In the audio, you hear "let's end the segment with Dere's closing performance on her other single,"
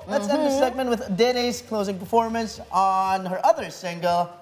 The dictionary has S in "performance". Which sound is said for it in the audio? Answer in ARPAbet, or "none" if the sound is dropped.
S